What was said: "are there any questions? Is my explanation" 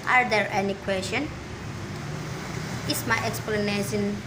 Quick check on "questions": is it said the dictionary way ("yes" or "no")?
no